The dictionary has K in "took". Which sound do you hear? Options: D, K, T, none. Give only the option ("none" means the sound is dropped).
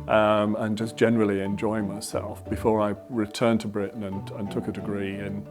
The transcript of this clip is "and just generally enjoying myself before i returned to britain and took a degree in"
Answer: K